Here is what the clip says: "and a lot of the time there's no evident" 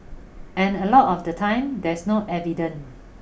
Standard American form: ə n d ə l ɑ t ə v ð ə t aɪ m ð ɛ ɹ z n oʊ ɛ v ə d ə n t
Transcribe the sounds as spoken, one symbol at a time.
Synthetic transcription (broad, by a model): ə n ə l ɑ t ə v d ə t aɪ m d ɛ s n oʊ ɛ v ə d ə n